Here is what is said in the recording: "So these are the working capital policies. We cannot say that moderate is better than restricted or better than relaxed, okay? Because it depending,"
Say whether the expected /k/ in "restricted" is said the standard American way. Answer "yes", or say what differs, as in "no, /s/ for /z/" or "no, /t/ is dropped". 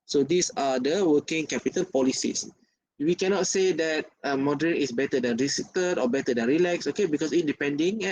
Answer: no, /k/ is dropped